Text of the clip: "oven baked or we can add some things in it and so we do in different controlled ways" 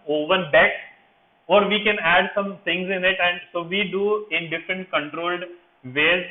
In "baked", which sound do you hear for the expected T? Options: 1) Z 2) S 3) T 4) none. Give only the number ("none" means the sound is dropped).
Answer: 4